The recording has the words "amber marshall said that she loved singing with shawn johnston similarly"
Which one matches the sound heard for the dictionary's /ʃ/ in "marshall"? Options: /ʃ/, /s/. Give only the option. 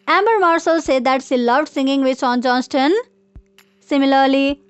/s/